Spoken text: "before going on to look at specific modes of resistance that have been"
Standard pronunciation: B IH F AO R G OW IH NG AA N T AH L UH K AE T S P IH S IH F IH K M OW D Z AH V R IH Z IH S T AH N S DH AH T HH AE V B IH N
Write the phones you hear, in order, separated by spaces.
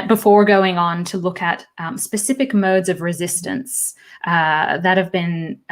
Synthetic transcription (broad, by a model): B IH F AO R G OW IH NG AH N T AH L UH K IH T S P IH S IH F IH K M OW D Z AH V R IH Z IH S T AH N S DH AH T HH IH V B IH N